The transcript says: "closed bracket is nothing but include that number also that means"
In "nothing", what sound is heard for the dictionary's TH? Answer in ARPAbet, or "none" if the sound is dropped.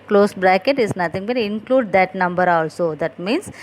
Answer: T